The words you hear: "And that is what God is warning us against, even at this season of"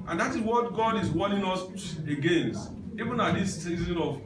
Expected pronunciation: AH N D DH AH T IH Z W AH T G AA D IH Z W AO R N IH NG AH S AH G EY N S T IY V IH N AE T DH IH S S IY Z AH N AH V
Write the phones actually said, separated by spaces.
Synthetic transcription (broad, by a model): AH N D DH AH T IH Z W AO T G AA D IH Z W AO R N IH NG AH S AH G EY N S IY V IH N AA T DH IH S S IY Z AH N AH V